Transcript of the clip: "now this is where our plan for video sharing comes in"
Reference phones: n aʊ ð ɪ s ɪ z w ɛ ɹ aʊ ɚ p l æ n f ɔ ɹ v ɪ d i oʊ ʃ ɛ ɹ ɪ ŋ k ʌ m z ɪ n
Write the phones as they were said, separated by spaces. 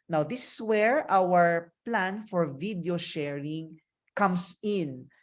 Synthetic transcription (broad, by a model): n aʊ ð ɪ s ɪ s w ɛ ɹ aʊ ɚ p l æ n f ɔ ɹ v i d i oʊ ʃ ɛ ɹ ɪ ŋ k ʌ m s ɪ n